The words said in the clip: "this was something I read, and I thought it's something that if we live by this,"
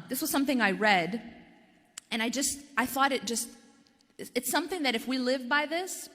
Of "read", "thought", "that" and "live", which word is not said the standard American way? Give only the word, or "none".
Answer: none